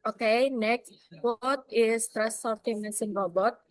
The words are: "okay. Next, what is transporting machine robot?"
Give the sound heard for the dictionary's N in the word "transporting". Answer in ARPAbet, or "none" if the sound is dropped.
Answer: none